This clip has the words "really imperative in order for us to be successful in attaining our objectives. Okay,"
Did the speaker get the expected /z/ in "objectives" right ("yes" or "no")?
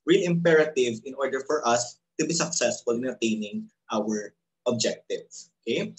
no